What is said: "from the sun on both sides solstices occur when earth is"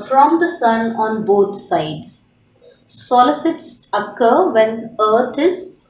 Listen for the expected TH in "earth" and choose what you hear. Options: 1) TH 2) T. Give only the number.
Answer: 2